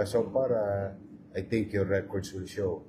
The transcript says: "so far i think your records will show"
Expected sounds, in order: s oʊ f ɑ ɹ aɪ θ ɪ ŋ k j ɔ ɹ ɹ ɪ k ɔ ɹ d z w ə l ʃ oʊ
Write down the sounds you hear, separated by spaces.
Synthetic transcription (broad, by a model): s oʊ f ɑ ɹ aɪ t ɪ ŋ k j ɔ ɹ ɹ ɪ k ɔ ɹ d s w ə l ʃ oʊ